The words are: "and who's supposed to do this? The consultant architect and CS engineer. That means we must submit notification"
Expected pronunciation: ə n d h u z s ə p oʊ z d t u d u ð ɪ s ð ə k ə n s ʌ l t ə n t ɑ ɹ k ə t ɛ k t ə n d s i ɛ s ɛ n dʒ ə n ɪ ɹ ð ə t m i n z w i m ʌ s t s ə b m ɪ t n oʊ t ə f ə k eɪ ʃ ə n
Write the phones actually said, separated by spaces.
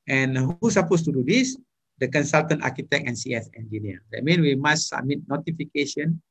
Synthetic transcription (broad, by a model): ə n h u s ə p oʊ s t u d u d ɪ s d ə k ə n s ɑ l t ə n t ɑ k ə t ɛ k ə n s i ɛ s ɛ n dʒ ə n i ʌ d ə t m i n w i m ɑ s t s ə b m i t n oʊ t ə f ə k eɪ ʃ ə n